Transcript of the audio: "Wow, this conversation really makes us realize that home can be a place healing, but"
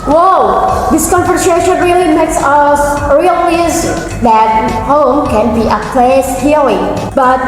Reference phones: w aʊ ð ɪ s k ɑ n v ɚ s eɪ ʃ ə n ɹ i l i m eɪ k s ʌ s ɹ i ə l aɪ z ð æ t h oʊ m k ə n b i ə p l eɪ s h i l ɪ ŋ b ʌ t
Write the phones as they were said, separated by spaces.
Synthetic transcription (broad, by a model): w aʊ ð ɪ s k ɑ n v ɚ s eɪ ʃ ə n ɹ i l i m eɪ k s ʌ s ɹ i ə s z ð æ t h oʊ m k ə n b i ə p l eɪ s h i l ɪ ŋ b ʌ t